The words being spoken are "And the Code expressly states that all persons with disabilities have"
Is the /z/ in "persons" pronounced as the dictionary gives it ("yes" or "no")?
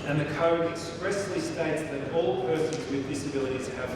yes